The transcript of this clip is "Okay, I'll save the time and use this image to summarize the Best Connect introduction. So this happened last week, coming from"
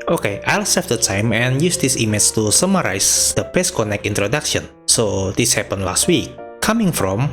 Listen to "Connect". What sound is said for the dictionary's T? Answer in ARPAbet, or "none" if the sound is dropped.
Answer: none